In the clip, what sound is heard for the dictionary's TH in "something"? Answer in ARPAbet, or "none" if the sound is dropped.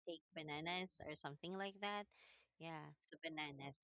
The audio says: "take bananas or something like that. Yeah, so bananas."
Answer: TH